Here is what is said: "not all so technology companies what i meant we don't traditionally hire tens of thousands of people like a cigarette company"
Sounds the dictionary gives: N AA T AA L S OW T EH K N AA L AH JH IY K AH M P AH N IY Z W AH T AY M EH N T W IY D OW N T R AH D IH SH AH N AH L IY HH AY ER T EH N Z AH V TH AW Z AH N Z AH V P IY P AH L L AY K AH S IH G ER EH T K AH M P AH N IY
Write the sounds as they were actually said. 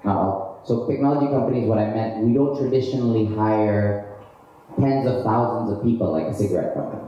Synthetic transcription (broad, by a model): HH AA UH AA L S OW T EH K N AA L AH JH IY K AH M P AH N IY Z W AH T AY M EH N T W IY D OW N T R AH D IH SH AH N L IY HH AY ER T EH N Z AH V TH AW Z AH N Z AH V P IY P L L AY K AH S IH G ER EH T K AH M P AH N IY